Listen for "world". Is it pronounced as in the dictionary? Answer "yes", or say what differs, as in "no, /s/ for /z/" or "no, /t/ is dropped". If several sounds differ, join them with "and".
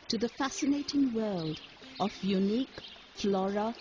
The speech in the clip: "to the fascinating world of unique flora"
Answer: yes